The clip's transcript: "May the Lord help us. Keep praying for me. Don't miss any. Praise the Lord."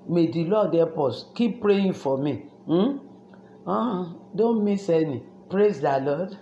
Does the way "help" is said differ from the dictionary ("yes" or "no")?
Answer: yes